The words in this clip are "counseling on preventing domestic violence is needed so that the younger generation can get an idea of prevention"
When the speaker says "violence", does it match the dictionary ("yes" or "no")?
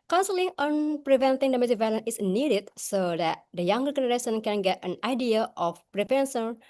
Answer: no